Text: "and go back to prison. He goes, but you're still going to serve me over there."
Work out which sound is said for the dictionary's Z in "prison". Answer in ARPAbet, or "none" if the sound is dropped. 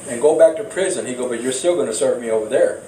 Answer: Z